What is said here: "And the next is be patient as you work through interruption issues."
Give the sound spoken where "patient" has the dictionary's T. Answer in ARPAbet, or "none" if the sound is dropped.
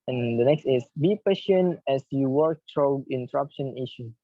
none